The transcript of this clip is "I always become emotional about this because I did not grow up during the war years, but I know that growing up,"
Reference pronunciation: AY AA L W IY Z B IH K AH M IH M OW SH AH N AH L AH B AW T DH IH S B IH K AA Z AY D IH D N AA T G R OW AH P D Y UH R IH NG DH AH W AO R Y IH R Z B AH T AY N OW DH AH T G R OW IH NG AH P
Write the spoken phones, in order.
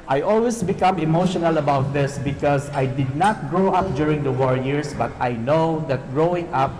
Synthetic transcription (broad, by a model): AY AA L W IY S B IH K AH M IH M OW SH AH N AH L AH B AW T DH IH S B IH K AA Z AY D IH D N AA T G R OW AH P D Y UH R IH NG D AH W AO R Y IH R S B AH T AY N OW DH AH T G R OW IH NG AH P